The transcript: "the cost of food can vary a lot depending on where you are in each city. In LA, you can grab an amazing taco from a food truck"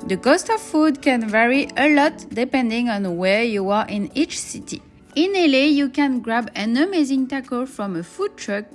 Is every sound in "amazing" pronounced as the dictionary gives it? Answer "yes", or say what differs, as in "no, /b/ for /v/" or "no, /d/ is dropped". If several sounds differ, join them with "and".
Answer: yes